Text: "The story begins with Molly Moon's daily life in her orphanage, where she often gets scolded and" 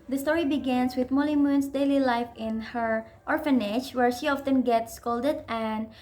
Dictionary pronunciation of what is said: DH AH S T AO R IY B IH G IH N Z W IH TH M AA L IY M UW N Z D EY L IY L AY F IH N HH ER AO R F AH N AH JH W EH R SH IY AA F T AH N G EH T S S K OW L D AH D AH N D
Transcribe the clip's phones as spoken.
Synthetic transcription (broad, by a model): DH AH S T AO R IY B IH G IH N S W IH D M AA L IY M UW N S D EY L IY L AY F IH N HH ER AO R F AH N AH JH W EH R SH IY AA F T AH N G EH T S S K OW L D AH D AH N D